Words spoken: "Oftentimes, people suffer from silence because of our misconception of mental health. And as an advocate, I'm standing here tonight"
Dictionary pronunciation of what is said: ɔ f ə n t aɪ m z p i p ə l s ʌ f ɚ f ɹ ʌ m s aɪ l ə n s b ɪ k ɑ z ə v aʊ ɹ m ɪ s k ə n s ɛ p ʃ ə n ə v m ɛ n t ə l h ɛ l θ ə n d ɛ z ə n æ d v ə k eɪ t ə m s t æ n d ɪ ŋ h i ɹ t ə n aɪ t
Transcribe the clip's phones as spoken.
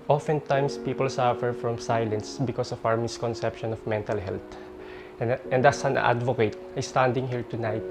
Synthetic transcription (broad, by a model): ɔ f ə n t aɪ m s p i p ə l s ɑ f ɚ f ɹ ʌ m s aɪ l ə n s b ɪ k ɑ s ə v aʊ ɹ m ɪ s k ə n s ɛ p ʃ ə n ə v m ɛ n t ə l h ɛ l t ə n d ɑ s ə n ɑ d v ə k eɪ t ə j s t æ n d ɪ ŋ h i ɹ t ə n aɪ t